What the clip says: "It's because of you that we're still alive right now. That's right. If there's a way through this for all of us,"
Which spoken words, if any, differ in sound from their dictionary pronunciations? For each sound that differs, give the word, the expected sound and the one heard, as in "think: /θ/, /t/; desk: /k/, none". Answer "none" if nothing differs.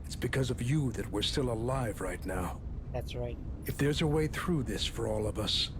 none